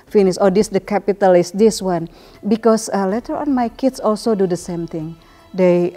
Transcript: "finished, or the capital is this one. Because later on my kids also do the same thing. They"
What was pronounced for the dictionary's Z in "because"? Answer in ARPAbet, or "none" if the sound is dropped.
S